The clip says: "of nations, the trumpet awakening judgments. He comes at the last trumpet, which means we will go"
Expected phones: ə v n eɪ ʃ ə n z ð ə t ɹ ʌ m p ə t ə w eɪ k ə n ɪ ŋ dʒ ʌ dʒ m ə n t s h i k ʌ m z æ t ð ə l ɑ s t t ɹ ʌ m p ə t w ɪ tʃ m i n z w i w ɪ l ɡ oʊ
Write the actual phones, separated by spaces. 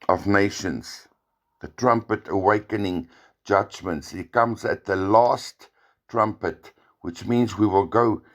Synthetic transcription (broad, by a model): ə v n eɪ ʃ ə n z ð ə t ɹ ʌ m p ə t ə w eɪ k ə n ɪ ŋ dʒ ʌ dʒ m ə n t s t k ʌ m z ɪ t ð ə l ɑ s t t ɹ ʌ m p ə t w ɪ tʃ m i n z w i w ɪ l ɡ oʊ